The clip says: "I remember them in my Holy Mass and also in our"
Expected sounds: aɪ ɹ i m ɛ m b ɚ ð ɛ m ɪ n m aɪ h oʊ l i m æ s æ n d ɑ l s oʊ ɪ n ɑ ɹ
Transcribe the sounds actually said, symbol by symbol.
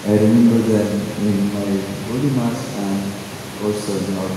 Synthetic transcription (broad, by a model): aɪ ɹ i m ɛ m b ɚ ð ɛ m ɪ n m aɪ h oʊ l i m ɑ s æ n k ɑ s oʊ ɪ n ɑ